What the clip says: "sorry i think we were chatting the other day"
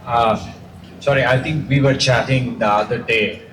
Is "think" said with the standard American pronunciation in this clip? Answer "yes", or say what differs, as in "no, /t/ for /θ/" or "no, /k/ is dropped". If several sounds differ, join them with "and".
no, /t/ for /θ/